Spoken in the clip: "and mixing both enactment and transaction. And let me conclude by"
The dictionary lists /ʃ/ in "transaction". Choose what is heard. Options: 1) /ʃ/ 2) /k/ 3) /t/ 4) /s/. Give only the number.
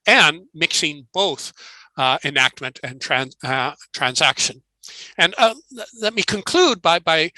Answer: 1